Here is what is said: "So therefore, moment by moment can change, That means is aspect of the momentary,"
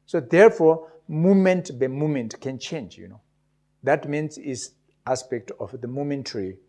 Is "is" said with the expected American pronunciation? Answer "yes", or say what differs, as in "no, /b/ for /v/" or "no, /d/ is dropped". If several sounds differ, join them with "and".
no, /s/ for /z/